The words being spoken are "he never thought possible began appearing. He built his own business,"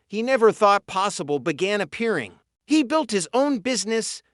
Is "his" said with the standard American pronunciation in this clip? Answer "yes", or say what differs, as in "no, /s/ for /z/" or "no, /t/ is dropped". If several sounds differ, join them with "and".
yes